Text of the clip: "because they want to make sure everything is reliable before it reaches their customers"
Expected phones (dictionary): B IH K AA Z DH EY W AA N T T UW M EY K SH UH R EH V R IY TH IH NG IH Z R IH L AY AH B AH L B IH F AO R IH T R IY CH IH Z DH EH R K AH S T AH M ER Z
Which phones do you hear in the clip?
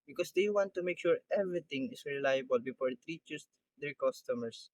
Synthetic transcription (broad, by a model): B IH K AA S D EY W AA N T T UW M EY K SH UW R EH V R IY T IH NG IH S R IH L AY AH B AH L B IH F AO R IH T R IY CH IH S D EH R K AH S T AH M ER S